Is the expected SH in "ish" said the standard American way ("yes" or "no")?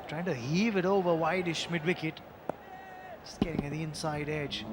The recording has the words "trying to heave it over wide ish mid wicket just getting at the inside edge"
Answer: yes